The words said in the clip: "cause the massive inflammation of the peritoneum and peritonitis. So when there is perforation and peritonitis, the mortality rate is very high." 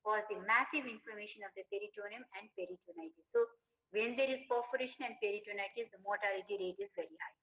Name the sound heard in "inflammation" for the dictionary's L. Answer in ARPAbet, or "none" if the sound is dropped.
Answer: none